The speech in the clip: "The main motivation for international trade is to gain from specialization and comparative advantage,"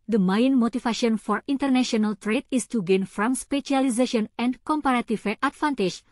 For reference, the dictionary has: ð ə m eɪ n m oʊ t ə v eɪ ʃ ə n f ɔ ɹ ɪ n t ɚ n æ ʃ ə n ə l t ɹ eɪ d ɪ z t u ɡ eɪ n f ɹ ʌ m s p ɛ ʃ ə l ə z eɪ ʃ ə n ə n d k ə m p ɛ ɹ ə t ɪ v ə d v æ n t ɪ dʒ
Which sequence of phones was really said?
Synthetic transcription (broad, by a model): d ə m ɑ n m oʊ t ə f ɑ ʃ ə n f ɔ ɹ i n t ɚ n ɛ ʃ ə n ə l t ɹ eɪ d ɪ s t u ɡ eɪ n f ɹ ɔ m s p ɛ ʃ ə l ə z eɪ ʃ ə n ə n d k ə m p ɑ ɹ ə t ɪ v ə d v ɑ n t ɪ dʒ